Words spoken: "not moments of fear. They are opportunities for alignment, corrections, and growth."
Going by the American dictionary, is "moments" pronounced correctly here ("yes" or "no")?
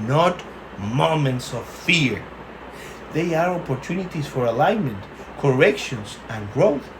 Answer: yes